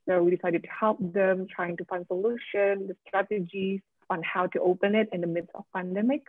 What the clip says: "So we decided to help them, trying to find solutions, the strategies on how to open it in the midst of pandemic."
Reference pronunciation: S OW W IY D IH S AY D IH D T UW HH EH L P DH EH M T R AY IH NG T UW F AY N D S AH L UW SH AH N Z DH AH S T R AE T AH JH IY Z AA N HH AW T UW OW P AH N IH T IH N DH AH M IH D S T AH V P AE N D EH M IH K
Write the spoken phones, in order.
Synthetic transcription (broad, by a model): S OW W IY D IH S AY D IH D T UW HH EH L P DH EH M T R AY IH NG T UW F AY N D S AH L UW SH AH N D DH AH S T R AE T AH JH IY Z AA N HH AW T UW OW P AH N IH T IH N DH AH M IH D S AH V P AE N D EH M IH K